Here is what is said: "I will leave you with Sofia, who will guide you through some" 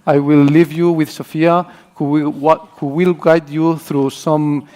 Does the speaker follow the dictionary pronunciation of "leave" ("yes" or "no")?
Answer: yes